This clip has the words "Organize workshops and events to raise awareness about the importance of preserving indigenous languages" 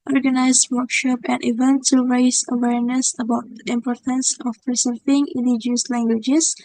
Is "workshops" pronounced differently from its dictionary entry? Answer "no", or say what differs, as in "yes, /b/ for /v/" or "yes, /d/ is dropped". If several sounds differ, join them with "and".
yes, /s/ is dropped